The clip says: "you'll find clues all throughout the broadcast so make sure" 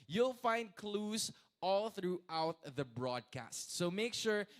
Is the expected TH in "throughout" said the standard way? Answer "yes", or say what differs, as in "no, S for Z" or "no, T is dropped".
yes